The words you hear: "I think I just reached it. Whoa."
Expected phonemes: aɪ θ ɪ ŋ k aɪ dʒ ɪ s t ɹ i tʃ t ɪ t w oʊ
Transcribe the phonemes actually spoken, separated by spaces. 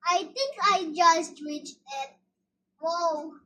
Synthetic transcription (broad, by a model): aɪ t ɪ ŋ k aɪ dʒ ɪ s t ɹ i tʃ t ɪ t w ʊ